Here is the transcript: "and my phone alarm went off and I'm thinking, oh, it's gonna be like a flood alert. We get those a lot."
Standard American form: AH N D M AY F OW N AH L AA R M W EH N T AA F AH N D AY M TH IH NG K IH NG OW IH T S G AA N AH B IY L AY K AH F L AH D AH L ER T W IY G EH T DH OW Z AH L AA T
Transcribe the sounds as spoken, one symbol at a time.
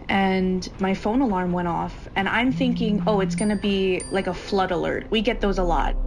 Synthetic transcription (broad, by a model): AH N M AY F OW N AH L AA R M W EH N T AA F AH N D AY M TH IH NG K IH NG OW IH T S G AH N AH B IY L AY K AH F L AH D AH L ER T W IY G EH T DH OW Z AH L AA T